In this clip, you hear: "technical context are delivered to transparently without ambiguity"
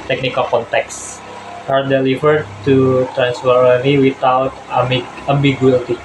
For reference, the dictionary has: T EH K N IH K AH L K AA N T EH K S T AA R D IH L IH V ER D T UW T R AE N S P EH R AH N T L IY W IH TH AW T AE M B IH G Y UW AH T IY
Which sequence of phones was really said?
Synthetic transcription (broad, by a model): T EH K N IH K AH L K AA N T EH K S T AA R D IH L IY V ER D T UW T R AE N S F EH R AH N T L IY W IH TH AW T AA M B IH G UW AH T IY